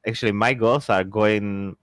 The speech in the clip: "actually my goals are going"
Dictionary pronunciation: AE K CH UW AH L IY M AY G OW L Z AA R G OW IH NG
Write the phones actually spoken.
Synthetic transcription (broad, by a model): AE K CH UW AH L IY M AY G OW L S AA R G OW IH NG